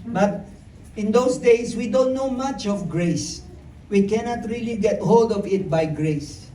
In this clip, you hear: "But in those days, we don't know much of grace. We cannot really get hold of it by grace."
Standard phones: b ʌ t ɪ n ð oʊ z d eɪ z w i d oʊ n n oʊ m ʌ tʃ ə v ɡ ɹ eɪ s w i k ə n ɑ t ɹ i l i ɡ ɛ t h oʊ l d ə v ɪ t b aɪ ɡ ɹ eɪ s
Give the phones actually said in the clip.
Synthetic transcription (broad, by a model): b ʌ t ɪ n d oʊ s d eɪ s w i d oʊ n n oʊ m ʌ tʃ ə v ɡ ɹ eɪ s w i k ə n ɑ t ɹ i l i ɡ ɛ t h oʊ l d ə v ɪ t b aɪ ɡ ɹ eɪ s